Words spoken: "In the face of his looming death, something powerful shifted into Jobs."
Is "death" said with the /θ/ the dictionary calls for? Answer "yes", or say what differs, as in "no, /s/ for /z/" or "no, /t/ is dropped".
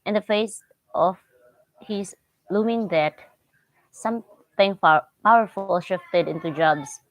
no, /t/ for /θ/